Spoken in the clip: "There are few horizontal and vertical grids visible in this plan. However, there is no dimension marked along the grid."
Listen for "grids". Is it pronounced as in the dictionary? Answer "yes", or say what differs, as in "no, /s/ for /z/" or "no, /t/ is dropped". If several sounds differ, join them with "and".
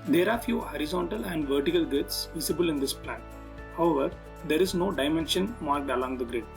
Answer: no, /ɹ/ is dropped